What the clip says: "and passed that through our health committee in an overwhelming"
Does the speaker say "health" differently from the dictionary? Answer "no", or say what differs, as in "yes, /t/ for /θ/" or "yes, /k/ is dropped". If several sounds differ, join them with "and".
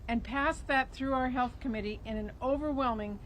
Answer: no